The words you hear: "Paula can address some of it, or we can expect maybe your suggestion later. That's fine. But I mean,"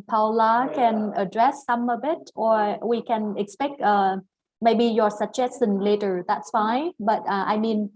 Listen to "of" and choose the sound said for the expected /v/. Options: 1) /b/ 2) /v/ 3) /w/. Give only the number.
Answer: 1